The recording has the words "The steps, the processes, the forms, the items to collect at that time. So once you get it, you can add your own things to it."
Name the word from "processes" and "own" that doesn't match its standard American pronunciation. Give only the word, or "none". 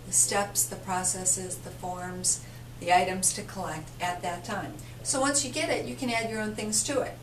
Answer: none